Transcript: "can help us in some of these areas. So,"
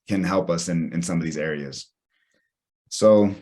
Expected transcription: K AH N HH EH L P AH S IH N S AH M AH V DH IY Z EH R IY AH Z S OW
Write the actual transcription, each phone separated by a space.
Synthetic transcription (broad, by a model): K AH N HH EH L P AH S IH N S AH M AH V DH IY Z EH R IY AH Z S OW